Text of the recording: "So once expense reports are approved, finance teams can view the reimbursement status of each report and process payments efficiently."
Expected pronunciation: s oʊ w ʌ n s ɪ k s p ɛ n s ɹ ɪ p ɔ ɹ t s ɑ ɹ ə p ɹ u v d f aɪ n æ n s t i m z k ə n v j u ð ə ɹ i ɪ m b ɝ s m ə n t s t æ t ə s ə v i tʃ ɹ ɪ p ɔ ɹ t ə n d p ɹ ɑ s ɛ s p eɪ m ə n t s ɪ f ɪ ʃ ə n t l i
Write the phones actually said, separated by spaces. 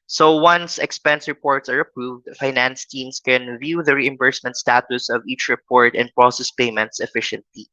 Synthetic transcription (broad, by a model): s oʊ w ʌ n s ɪ k s p ɛ n s ɹ ɪ p ɔ ɹ t s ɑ ɹ ə p ɹ u v d f aɪ n æ n s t i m s k ə n v j u ð ə ɹ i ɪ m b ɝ s m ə n t s t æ t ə s ə v i tʃ ɹ ɪ p ɔ ɹ t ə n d p ɹ ɑ s ɛ s p eɪ m ə n t s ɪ f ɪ ʃ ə n t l i